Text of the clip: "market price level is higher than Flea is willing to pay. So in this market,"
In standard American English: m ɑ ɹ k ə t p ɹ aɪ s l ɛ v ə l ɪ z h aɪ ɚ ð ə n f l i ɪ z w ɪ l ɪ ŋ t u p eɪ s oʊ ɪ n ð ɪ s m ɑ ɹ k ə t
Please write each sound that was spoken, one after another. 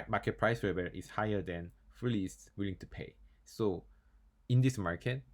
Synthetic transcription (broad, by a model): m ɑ k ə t p ɹ aɪ s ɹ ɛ b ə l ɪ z h aɪ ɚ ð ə n f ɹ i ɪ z w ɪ l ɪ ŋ t u p eɪ s oʊ ɪ n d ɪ s m ɑ ɹ k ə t